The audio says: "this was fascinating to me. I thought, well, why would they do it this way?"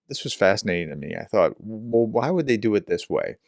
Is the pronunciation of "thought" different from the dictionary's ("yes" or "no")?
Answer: no